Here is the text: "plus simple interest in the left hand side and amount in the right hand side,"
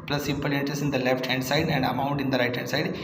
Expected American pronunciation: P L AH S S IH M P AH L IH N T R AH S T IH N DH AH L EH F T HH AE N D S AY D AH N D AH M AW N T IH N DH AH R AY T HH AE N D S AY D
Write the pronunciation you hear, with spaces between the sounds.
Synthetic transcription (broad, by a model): P L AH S S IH M P AH L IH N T AH S IH N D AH L EH F T HH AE N D S AY D AH N D AH M AW N T IH N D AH R AY T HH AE N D S AY D